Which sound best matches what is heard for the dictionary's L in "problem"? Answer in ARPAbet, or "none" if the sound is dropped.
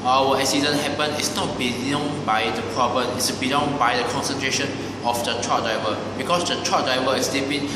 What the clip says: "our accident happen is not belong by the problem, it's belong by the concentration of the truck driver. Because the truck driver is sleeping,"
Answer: none